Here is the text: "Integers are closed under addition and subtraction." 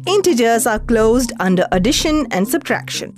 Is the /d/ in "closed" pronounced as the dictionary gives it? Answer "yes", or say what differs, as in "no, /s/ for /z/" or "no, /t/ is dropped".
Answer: yes